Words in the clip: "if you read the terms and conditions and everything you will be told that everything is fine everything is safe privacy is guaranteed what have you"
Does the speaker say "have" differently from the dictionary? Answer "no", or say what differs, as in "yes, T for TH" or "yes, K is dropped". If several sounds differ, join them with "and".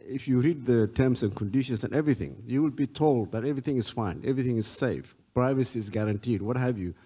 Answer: no